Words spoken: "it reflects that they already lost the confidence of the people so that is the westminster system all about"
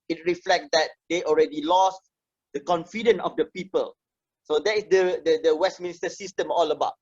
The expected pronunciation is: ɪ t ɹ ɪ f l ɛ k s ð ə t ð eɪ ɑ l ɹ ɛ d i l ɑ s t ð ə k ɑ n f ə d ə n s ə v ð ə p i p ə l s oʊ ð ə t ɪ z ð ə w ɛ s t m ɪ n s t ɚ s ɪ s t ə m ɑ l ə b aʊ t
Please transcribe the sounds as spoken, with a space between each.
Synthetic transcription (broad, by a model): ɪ t ɹ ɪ f l ɛ k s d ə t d eɪ ɑ l ɹ ɛ d i l ɑ s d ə k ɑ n f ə d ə n ə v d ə p i p ə l s oʊ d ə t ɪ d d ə w ɛ s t m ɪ n s t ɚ s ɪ s t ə m ɑ l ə b aʊ t